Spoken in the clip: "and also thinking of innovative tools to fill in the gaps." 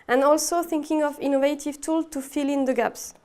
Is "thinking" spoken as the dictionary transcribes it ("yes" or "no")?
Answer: yes